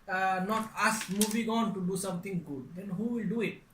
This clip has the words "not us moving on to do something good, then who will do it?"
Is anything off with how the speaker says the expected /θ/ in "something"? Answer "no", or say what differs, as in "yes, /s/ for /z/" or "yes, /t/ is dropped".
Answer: yes, /t/ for /θ/